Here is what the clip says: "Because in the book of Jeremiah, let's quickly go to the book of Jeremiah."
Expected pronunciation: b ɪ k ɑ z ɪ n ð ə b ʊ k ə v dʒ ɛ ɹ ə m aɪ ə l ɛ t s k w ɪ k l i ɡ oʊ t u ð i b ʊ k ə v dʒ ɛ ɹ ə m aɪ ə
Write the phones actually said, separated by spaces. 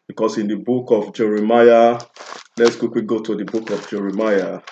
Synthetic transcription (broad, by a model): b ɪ k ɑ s ɪ n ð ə b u k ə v dʒ ɛ ɹ ə m aɪ ə l ɛ t s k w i k w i ɡ oʊ t u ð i b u k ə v dʒ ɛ ɹ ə m aɪ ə